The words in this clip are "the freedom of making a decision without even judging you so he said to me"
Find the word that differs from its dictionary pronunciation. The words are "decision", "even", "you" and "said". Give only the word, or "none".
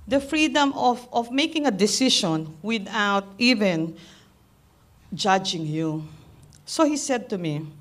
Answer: decision